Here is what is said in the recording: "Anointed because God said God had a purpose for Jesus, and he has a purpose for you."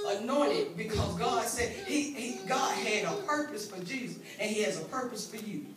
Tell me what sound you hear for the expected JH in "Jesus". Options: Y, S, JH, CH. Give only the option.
JH